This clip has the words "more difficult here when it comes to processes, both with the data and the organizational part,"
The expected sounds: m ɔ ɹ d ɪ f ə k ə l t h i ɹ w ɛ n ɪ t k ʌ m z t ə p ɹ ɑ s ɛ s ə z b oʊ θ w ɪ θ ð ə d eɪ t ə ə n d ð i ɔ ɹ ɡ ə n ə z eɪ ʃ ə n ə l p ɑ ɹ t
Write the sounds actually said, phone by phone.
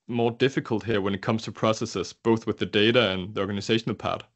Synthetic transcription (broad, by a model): m ɔ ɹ d ɪ f ə k ə l t h i ɹ w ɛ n ɪ t k ʌ m z t ə p ɹ ɑ s ɛ s ə z b oʊ θ w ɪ ð ə d eɪ t ə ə n ð i ɔ ɹ ɡ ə n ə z eɪ ʃ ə n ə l p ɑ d